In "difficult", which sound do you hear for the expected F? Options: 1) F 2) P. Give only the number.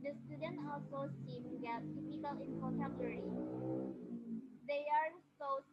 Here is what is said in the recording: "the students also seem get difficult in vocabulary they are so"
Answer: 2